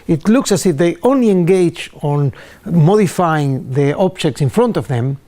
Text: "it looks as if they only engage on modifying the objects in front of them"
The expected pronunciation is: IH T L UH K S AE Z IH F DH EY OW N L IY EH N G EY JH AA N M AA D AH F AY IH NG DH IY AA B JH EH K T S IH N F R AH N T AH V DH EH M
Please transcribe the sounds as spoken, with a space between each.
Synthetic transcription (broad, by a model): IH T L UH K S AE S IH F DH EY OW N L IY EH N G EY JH AA N M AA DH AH F AY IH NG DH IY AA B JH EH K T S IH N F R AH N T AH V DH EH M